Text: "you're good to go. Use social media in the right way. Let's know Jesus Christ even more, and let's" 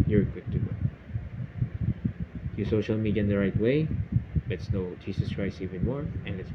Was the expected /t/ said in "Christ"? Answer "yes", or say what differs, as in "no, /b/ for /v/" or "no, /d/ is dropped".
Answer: no, /t/ is dropped